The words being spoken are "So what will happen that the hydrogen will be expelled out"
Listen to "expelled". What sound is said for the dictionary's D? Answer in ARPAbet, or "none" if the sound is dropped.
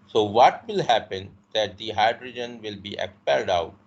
D